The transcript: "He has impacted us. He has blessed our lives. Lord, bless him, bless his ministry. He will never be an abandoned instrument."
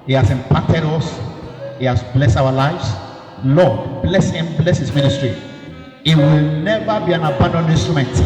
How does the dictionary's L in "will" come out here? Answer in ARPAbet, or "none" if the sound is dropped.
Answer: L